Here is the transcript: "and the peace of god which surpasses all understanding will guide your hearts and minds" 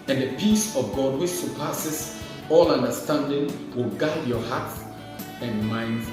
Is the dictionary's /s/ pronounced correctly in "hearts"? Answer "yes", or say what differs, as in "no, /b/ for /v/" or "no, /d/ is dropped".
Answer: no, /s/ is dropped